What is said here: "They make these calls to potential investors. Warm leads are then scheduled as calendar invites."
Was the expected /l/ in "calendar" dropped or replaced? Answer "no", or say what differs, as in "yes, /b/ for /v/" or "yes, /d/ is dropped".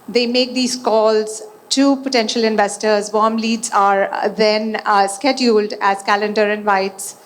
no